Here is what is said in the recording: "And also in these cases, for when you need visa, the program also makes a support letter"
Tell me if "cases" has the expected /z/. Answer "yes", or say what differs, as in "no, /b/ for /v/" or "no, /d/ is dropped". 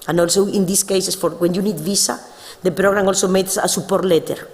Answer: no, /s/ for /z/